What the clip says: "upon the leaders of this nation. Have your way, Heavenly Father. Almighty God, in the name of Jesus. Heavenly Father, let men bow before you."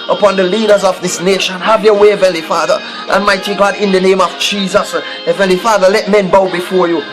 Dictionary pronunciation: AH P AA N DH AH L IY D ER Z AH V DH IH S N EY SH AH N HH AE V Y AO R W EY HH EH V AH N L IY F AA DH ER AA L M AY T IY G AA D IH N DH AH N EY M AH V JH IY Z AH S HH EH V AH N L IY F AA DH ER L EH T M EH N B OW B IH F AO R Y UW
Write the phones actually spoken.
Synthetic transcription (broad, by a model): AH P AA N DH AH L IY D ER Z AH V DH IH S N EY SH AH N HH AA V Y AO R W EY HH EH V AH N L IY F AA DH ER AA N M AY T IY G AA D IH N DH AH N EY M AH V JH IY Z AH S HH EH V AH N L IY F AA DH ER L EH T M EH N B OW B IH F AO R Y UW